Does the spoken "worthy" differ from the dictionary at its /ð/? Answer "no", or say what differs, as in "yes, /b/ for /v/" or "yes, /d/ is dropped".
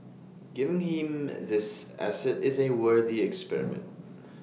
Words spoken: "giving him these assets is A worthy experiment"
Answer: no